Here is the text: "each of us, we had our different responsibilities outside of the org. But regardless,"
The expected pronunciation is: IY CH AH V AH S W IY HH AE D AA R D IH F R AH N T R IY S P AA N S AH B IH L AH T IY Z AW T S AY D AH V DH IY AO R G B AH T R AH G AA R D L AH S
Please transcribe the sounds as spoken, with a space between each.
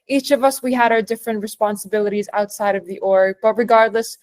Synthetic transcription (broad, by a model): IY CH AH V AH S W IY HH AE D AA R D IH F R AH N T R IY S P AA N S AH B IH L AH T IY Z AW T S AY D AH V DH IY AO R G B AH T R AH G AA R D L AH S